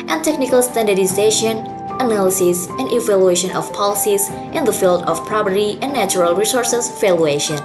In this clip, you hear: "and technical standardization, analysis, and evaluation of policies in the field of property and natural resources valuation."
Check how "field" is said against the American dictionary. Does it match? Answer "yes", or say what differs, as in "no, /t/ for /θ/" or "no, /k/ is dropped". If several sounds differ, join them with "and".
yes